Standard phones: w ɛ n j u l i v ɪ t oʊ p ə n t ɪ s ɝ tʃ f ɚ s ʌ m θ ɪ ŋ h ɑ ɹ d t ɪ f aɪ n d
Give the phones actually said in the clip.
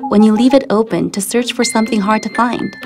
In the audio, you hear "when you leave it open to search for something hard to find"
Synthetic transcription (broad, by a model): w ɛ n j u l i v ɪ t oʊ p ə n t ɪ s ɝ tʃ f ɚ s ʌ m θ ɪ ŋ h ɑ ɹ d t ɪ f aɪ n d